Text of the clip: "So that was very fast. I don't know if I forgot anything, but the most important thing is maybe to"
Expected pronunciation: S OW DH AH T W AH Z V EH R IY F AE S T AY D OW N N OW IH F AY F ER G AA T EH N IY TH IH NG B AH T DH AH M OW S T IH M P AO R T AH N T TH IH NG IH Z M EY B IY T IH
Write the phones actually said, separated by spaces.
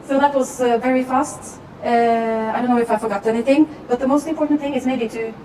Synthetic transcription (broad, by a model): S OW DH AH T W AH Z V EH R IY F AE S T AY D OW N N OW IH F AY F ER G AA T EH N IY TH IH NG B AH T DH AH M OW S T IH M P AO R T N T TH IH NG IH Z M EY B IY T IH